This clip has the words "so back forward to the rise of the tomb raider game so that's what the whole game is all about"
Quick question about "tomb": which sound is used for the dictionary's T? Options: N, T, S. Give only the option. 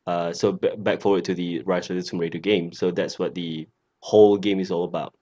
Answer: S